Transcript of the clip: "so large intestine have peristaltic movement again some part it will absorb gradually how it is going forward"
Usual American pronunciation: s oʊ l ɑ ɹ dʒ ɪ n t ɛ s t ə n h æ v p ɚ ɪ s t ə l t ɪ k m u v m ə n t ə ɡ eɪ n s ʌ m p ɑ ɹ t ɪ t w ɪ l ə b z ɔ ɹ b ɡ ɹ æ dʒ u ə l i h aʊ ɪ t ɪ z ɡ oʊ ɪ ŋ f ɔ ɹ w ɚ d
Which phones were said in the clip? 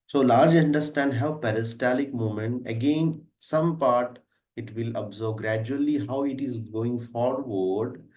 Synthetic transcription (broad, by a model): s oʊ l ɑ ɹ dʒ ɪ n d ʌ s t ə n h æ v p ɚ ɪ s t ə l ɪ k m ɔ m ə n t ə ɡ eɪ n s ʌ m p ɑ ɹ t ɪ t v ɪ l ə b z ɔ ɹ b ɡ ɹ æ dʒ u ə l i h aʊ ɪ t ɪ z ɡ oʊ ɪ ŋ f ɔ ɹ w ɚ d